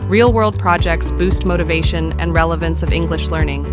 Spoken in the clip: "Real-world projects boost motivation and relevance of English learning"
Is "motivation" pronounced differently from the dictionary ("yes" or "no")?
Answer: no